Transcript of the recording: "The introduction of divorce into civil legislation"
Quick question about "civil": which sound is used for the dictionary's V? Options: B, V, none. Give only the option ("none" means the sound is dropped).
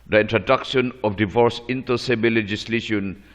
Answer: B